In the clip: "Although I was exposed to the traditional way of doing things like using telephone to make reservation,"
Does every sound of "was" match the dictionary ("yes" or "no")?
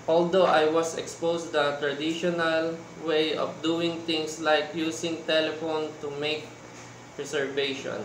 no